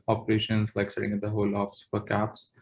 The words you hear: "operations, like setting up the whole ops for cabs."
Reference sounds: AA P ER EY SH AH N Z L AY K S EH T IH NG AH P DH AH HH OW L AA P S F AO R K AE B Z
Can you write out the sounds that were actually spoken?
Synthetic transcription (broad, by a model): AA P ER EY SH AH N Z L AY K S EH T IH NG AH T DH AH HH OW L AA F S F AO R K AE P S